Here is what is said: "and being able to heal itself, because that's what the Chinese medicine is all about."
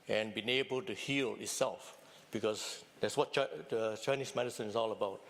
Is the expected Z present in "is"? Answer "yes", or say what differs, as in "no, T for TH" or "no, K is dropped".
no, S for Z